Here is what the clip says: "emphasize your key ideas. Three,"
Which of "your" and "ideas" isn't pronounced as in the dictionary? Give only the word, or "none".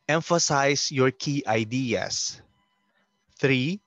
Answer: ideas